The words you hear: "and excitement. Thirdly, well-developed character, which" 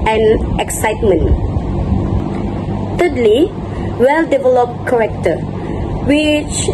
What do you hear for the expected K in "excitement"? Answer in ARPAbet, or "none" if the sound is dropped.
K